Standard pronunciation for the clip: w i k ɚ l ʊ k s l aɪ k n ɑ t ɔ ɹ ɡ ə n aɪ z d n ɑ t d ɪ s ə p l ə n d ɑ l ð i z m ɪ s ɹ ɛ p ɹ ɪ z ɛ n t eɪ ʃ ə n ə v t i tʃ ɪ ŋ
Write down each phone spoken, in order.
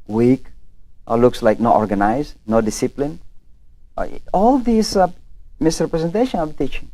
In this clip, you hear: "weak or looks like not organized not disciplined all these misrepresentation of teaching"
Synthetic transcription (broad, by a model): w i k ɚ l ʊ k s l aɪ k n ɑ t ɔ ɹ ɡ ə n aɪ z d n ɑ d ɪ s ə p l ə n ɑ l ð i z m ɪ s ɹ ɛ p ɹ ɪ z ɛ n t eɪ ʃ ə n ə b t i tʃ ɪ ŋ